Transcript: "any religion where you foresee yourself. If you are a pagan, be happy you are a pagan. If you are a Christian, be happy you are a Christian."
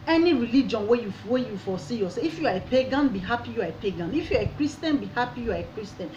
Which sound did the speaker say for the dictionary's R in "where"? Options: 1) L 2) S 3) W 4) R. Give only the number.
3